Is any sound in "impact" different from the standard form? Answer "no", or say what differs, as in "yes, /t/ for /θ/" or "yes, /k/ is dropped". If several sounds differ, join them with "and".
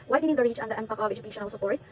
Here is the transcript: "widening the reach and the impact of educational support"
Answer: yes, /t/ is dropped